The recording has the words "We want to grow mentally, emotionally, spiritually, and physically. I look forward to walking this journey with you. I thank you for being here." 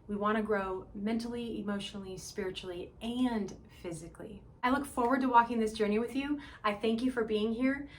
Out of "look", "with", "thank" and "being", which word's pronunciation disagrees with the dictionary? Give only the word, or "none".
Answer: none